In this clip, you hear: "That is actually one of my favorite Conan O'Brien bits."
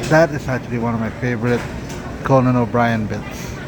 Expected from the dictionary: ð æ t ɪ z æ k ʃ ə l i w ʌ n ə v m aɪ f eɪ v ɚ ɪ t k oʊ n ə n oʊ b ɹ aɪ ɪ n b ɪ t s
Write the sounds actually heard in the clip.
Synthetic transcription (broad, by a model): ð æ t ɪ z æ k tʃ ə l i w ʌ n ə v m aɪ f eɪ v ɚ ɪ t k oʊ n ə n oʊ b ɹ aɪ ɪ n b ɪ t s